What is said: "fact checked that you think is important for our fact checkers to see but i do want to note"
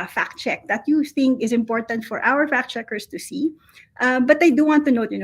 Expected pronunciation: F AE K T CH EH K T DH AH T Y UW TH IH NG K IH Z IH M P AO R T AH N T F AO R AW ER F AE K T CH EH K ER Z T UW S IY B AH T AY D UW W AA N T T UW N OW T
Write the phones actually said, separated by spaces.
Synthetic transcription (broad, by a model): F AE K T CH EH K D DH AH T Y UW TH IH NG K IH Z IH M P AO R T AH N T F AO R AW ER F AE K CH EH K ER S T UW S IY B AH T AY D UW W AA N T T UW N OW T